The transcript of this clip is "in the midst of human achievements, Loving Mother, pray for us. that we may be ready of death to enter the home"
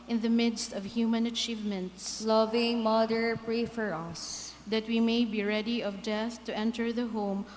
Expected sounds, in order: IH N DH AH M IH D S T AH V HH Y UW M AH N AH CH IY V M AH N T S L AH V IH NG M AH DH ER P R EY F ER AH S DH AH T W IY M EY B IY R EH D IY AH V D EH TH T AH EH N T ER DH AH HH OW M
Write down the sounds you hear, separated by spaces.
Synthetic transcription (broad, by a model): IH N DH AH M IH D S T AH V HH Y UW M AH N AH CH IY V M AH N T S L AH V IH NG M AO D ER P R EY F ER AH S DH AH T W IY M EY B IY R EH D IY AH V D EH TH T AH EH N T ER DH AH HH OW M